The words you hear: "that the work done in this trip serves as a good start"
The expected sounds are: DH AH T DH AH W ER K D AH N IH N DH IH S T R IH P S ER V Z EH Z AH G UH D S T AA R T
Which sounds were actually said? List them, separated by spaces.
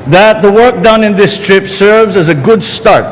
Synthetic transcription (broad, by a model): DH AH T DH AH W ER K D AH N IH N DH IH S T R IH P S ER V Z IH Z AH G UH D S T AA R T